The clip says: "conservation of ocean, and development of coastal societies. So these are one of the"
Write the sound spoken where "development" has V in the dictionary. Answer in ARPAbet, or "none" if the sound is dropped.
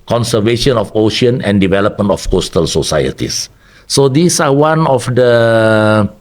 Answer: V